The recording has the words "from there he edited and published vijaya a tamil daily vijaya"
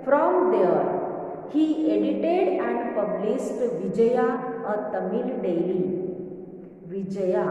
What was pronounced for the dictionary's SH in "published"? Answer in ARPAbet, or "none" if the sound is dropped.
S